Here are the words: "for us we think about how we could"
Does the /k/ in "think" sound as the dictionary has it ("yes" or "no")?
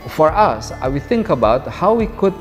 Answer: yes